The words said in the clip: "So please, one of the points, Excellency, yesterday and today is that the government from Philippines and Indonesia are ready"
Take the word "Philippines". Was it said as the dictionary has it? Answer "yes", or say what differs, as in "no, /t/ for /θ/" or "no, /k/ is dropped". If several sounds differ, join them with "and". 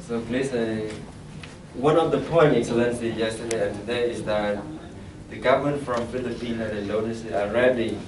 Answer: no, /z/ is dropped